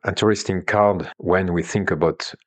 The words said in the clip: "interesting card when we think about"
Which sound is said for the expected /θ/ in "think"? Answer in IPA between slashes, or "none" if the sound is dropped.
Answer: /θ/